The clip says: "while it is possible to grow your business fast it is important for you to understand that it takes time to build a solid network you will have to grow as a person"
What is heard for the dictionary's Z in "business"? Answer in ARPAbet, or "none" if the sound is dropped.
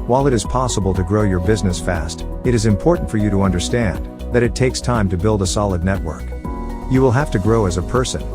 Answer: Z